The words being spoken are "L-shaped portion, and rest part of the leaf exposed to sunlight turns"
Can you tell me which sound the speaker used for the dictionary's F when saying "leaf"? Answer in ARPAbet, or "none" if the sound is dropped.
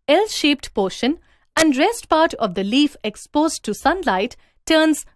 F